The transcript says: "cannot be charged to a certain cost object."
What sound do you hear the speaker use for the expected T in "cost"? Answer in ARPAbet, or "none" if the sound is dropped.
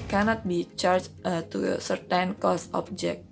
none